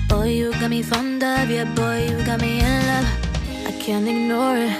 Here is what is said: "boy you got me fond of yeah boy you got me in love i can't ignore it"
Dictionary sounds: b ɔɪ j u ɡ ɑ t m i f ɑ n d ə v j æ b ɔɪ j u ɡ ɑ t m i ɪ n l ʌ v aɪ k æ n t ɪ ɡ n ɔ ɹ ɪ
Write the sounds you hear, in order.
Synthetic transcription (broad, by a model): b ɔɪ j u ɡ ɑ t m i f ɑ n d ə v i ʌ b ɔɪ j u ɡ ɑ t m i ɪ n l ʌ aɪ k æ n t ɪ ɡ n ɔ ɹ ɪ